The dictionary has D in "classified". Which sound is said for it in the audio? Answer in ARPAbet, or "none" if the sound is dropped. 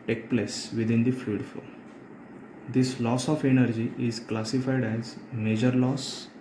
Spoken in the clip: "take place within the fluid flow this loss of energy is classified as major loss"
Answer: D